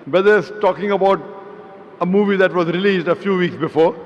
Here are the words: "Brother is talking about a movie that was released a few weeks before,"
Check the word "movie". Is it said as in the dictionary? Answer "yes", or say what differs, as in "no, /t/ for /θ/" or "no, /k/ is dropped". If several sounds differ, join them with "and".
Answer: yes